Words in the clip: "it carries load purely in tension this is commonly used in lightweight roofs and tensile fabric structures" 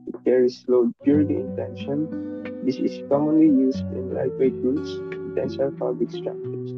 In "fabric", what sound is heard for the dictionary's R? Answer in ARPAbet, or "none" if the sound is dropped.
L